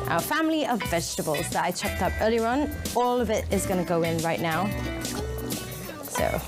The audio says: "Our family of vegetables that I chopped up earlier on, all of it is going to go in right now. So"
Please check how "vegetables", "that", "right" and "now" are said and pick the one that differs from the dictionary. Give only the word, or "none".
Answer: none